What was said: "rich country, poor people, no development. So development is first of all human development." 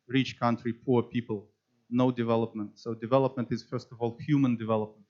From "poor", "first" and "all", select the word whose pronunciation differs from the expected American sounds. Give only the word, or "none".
none